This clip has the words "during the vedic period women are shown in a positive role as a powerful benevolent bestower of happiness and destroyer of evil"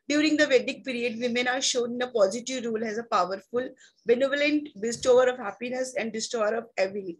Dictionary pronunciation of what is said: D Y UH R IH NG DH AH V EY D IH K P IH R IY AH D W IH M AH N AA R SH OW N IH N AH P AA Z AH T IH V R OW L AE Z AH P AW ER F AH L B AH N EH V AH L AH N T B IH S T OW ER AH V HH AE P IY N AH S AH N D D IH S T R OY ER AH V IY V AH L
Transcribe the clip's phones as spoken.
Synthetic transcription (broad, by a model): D Y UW R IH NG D AH V EY D IH K P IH R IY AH D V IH M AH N AA R SH OW N IH N AH P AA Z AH T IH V R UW L AE Z AH P AW ER F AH L B AH N EH V AH L AH N T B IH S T OW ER AH V HH AE P IY N AH S AH N D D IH S T OY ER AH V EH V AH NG